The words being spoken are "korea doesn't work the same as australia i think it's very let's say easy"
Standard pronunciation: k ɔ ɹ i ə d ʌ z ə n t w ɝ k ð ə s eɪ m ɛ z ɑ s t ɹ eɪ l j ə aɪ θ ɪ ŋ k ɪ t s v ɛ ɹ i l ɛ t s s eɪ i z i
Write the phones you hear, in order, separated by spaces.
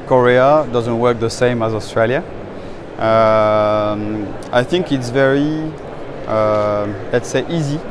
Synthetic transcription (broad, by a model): k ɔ ɹ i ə d ʌ z ə n t w ɝ k ð ə s eɪ m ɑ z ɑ s t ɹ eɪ l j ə aɪ θ ɪ ŋ k ɪ t s v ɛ ɹ i l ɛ t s s eɪ i z i